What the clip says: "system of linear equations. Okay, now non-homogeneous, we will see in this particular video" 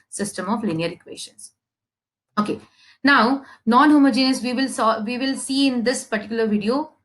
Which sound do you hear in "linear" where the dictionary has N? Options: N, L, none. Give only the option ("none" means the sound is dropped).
N